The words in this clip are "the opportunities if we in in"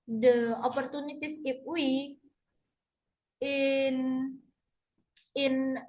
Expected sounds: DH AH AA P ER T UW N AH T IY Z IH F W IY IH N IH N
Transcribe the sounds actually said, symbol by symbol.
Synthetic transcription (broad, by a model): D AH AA P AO T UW N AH T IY S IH P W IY IH N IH N